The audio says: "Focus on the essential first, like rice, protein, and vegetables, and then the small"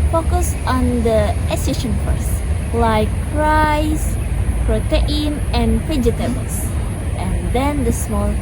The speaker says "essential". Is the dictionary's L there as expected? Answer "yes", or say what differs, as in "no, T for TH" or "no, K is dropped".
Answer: no, N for L